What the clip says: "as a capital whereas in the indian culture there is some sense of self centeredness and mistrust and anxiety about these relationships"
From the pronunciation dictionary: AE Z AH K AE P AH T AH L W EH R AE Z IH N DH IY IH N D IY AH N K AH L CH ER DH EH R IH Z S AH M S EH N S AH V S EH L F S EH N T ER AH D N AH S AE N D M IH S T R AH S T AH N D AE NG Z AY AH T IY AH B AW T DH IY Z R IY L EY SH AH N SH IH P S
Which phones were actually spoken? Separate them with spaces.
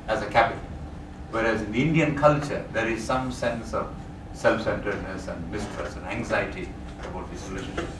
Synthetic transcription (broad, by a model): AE Z AH K AE P AH T AH L W EH R AE Z IH N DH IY IH N D IY AH N K AH L CH ER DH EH R IH Z S AH M S EH N S AH V S EH L F S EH N T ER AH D N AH S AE N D M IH S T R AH S AH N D AE NG Z AY AH T IY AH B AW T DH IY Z R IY L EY SH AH N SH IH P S